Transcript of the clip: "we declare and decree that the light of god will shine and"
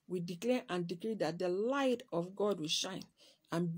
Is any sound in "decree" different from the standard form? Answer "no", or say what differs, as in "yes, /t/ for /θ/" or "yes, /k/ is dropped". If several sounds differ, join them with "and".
no